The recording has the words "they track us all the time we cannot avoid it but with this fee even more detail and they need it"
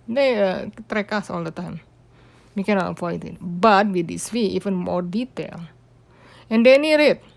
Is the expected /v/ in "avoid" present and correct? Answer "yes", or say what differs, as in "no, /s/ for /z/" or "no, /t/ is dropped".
no, /f/ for /v/